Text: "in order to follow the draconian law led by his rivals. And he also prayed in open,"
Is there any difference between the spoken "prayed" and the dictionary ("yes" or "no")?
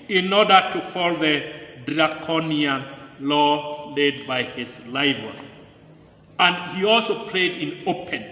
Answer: yes